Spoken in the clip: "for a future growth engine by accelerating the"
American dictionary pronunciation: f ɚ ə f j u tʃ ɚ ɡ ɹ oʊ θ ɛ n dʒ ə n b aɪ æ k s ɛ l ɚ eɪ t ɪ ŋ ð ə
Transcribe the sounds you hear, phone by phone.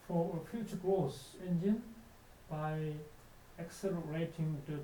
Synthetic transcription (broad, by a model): f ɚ ə f j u tʃ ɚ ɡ ɹ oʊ s ɛ n dʒ ə n b aɪ æ k s ɛ l ɚ eɪ t ɪ ŋ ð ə